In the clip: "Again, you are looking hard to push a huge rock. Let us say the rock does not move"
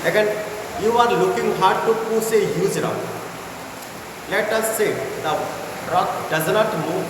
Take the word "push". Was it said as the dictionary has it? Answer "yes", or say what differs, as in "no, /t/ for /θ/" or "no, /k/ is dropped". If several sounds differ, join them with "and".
no, /s/ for /ʃ/